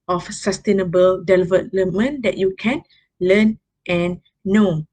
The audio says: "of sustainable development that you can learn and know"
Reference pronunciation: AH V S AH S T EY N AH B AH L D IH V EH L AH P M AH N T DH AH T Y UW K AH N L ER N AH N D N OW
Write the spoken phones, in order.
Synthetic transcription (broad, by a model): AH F S AH S T EY N AH B AH L D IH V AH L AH M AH N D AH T Y UW K AH N L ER N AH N N OW